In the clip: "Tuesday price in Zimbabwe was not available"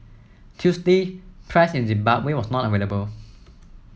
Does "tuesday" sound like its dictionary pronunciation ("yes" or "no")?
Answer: no